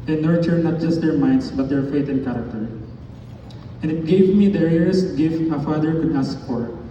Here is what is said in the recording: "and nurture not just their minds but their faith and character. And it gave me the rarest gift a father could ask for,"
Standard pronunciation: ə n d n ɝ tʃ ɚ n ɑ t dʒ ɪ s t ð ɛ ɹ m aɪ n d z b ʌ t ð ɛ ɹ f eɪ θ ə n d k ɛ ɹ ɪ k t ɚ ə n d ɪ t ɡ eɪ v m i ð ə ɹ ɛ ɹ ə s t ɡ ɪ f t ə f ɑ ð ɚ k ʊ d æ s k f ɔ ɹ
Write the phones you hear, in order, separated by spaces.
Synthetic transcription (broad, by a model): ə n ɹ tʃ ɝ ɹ n ɑ t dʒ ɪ s t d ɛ ɹ m aɪ n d s b ʌ t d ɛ ɹ f eɪ t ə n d k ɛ ɹ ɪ k t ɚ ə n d ɪ t ɡ eɪ v m i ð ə ɹ ɛ ɹ ə s t ɡ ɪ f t ə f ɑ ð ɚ k ʊ d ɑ s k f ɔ ɹ